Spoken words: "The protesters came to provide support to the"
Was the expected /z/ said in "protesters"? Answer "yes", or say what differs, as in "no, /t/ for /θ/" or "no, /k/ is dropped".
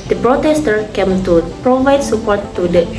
no, /z/ is dropped